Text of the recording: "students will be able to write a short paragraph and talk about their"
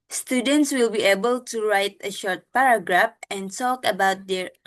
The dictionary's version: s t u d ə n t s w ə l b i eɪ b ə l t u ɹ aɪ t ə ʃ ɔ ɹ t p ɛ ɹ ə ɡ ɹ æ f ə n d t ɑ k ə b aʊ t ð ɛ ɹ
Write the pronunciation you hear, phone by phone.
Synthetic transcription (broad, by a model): s t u d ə n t s w ə l b i eɪ b ə l t u ɹ aɪ t ə ʃ ɔ ɹ t p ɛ ɹ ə ɡ ɹ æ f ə n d t ɑ k ə b aʊ t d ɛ ɹ